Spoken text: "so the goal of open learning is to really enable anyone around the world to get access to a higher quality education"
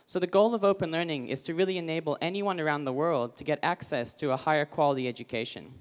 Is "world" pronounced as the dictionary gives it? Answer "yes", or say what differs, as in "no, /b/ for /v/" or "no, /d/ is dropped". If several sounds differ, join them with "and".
yes